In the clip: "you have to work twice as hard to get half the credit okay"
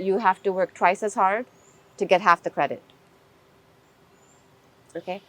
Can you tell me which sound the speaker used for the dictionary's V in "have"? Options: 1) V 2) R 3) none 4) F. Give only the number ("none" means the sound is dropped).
4